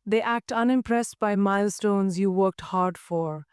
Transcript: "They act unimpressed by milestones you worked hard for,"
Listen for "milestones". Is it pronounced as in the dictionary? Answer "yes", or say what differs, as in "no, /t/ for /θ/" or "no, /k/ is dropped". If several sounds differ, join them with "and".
yes